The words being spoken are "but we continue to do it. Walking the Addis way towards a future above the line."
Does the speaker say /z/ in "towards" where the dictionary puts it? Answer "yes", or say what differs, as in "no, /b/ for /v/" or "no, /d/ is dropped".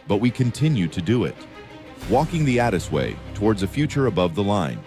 yes